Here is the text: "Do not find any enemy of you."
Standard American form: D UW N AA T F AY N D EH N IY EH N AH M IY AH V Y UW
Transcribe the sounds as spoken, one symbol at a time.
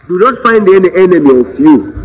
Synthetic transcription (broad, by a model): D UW N AA T F AY N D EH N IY EH N AH M IY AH F Y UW